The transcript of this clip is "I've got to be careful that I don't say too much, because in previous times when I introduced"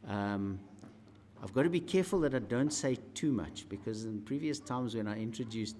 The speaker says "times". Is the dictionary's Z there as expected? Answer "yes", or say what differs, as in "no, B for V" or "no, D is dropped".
yes